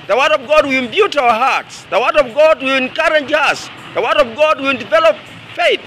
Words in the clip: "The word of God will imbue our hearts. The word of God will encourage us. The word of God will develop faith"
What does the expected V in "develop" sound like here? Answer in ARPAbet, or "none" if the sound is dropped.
V